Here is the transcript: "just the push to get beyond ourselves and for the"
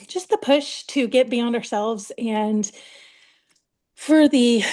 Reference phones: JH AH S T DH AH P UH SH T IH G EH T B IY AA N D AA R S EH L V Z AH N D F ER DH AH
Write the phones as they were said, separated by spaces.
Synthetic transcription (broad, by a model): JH AH S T DH AH P UH SH T IH G EH T B IY AA N D AA R S EH L V Z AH N F ER DH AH